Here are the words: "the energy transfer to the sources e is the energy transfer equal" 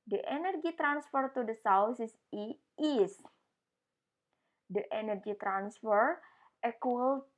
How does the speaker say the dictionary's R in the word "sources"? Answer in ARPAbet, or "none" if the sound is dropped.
W